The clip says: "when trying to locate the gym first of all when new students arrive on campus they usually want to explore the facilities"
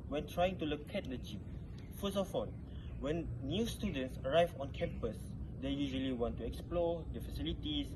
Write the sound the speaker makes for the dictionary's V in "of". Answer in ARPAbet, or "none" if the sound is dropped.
F